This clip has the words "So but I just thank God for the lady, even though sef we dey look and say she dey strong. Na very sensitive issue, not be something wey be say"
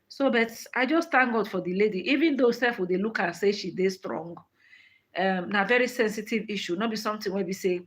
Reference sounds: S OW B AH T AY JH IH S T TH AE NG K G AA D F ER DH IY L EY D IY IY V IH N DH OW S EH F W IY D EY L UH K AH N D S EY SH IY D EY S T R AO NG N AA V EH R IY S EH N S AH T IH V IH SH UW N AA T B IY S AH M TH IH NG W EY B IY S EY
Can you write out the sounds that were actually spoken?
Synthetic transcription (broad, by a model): S OW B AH T AY JH IH S T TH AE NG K G AA D F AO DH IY L EY D IY IY V IH N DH OW S EH F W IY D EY L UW K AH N S EY SH IY D EY S T R AO NG N AA V EH R IY S EH N S AH T IH V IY SH UW N AA T B IY S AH M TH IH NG W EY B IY S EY